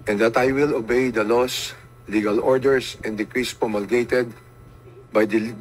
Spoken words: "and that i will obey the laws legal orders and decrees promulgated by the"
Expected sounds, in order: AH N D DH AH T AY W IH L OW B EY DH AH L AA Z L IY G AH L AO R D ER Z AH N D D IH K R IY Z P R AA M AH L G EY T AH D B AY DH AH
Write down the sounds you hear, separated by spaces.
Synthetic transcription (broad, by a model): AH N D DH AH T AY W IH L OW B EY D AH L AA S L IY G AH L AO R D ER S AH N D D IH K R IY S P R AA M AH L G EY T AH D B AY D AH